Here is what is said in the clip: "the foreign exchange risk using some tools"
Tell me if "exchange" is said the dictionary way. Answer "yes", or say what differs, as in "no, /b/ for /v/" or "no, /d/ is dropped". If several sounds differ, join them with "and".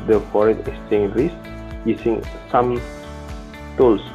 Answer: no, /k/ is dropped